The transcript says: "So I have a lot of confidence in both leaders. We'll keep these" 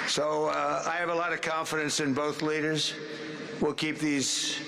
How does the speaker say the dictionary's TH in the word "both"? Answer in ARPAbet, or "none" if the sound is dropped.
TH